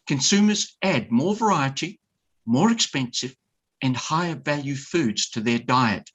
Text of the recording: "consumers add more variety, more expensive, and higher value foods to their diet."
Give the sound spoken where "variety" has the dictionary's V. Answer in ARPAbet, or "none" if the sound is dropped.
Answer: V